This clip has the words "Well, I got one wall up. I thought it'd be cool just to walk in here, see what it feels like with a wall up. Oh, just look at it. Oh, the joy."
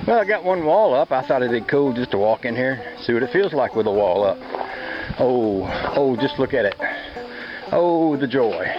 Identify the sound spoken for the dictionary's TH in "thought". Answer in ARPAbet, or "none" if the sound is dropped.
TH